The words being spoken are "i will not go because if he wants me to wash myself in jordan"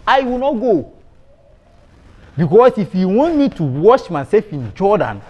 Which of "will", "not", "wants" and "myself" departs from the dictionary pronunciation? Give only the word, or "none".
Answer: wants